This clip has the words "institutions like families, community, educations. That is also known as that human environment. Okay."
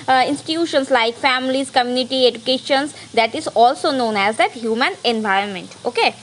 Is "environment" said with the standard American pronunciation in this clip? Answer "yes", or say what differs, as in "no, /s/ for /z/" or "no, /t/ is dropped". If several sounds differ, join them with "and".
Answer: yes